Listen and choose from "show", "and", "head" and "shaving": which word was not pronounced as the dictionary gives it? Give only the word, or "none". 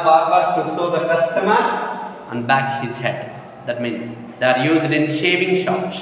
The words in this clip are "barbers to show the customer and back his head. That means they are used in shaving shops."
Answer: show